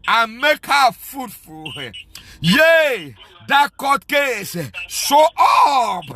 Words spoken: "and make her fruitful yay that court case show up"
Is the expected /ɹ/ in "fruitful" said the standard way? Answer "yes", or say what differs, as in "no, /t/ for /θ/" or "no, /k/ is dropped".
no, /ɹ/ is dropped